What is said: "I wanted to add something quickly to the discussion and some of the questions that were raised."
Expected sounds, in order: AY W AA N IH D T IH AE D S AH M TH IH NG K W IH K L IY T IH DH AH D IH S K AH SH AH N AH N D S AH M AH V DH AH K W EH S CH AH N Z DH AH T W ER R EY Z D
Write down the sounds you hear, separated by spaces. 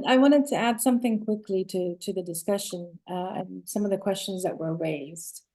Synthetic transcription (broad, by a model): AY W AA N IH D T IH AE D S AH M TH IH NG K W IH K L IY T IH DH AH D IH S K AH SH AH N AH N S AH M AH V DH AH K W EH S CH AH N Z DH AH T W ER R EY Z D